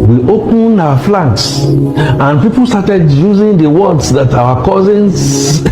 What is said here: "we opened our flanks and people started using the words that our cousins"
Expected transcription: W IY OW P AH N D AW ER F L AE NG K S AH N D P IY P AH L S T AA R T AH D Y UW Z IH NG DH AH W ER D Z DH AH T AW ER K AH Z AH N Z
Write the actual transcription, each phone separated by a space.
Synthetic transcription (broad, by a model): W IY OW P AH N AW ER F L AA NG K S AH N P IY P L S T AA T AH D Y UW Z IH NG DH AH W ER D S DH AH T AW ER K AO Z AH N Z